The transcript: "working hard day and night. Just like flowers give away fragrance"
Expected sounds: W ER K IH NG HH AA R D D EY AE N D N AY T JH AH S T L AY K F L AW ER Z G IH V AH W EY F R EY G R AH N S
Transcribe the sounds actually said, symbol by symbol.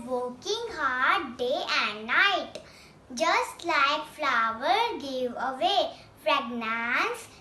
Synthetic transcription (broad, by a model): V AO K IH NG HH AA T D D EY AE N D N AY T JH AH S T L AY K F L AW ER G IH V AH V EY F R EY G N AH N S